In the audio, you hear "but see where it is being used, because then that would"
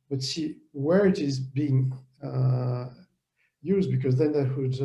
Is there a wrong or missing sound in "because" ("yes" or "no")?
no